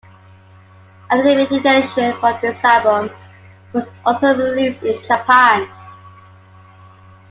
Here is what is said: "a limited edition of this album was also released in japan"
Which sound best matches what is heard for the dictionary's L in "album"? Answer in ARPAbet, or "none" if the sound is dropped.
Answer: none